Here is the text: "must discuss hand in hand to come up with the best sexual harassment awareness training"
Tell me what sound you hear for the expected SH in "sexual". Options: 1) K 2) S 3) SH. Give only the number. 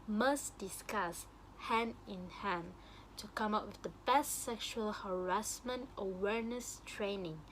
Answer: 3